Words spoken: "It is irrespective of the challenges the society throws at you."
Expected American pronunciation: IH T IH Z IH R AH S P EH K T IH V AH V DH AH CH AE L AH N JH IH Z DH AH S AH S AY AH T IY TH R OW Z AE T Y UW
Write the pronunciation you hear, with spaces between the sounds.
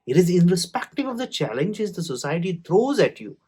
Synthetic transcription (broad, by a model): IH T IH Z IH R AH S P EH K T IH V AH V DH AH CH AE L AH N JH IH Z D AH S AH S AY AH T IY T R OW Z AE T Y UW